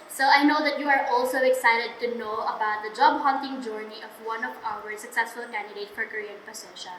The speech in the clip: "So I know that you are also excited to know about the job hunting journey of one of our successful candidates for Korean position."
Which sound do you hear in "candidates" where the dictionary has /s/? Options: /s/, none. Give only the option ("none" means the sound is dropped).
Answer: none